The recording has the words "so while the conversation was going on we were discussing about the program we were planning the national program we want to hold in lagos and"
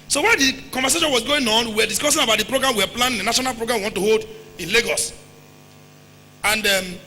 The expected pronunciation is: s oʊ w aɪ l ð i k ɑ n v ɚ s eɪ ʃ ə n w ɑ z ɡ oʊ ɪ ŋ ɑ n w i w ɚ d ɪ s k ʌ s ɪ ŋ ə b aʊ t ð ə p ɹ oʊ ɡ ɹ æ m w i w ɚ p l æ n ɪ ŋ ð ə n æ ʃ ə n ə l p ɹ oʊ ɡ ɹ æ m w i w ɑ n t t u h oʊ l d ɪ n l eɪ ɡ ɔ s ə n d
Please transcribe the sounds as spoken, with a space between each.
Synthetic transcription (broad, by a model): s oʊ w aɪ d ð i k ɑ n v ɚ s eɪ ʃ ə n w ɑ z ɡ oʊ ɪ ŋ ɑ n w i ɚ d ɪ s k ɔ s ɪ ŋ ə b aʊ t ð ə p ɹ oʊ ɡ ɹ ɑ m w i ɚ p l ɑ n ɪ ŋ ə n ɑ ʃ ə n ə l p ɹ oʊ ɡ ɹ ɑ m w i w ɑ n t t u h oʊ l d ɪ n l eɪ ɡ ɔ s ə n d